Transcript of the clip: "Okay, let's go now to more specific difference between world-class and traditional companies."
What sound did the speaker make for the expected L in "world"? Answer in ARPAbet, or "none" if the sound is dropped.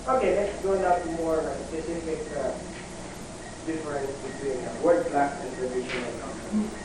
none